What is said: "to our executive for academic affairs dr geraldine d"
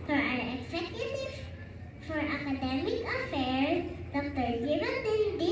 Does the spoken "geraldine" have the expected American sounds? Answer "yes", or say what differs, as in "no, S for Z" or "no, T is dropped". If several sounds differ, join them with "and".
no, N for L